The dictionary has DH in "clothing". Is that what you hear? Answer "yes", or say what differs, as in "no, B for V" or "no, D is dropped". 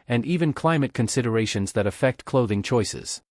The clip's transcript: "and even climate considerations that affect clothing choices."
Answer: yes